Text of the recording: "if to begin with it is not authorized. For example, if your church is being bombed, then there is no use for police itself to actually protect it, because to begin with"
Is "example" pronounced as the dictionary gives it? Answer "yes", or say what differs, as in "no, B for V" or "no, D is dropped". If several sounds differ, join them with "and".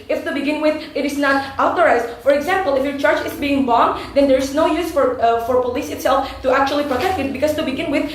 yes